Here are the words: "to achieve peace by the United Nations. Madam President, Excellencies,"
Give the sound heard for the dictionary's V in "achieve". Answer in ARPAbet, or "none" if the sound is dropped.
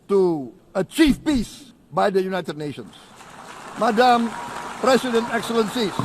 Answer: F